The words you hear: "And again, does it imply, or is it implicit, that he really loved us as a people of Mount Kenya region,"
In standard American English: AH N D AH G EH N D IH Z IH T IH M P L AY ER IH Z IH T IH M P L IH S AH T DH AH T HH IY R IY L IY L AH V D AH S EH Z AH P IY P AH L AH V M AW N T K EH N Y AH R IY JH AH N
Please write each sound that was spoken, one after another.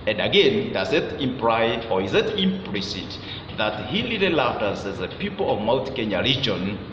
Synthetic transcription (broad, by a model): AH N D AH G EH N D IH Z IH T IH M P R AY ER IH Z IH T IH M P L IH S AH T DH AH T HH IY L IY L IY L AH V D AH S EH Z AH P IY P AH L AH V M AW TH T K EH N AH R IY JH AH N